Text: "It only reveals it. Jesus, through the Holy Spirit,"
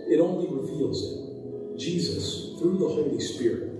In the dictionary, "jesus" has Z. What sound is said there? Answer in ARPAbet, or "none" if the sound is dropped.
Z